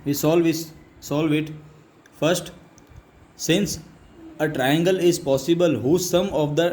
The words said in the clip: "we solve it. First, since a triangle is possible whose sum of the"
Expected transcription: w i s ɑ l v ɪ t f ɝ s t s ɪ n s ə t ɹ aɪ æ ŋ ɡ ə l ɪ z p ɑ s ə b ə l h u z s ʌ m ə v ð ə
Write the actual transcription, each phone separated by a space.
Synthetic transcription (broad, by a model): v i s ɑ l v ɪ t f ɝ s t s ɪ n s ə t ɹ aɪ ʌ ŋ ɡ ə l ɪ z p ɑ s ə b ə l h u s ʌ m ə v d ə